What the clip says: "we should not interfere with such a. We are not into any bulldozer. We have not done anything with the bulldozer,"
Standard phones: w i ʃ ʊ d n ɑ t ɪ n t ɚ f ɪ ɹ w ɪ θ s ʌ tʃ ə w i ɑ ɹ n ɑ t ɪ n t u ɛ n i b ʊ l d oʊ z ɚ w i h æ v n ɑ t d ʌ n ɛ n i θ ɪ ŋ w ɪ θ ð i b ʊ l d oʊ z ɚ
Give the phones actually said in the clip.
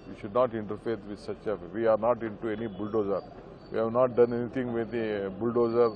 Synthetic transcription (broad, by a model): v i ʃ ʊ d n ɑ t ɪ n t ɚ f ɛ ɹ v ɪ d s ʌ tʃ ə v i ɑ ɹ n ɑ t ɪ n t u ɛ n i b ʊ l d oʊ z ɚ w i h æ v n ɑ t d ʌ n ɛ n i t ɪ ŋ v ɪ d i b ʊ l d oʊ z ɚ